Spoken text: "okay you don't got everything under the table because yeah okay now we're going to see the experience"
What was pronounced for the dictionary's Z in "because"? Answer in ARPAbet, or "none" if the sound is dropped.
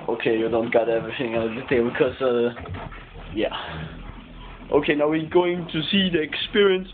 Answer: none